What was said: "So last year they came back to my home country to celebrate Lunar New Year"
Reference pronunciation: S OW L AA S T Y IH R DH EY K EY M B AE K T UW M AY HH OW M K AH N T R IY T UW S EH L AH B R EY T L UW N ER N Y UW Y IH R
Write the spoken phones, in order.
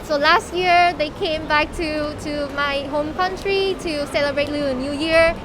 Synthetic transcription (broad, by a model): S OW L AA S T Y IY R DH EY K EY M B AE K T UW M AY HH OW M K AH N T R IY T UW S EH L AH B R EY T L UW ER N Y UW Y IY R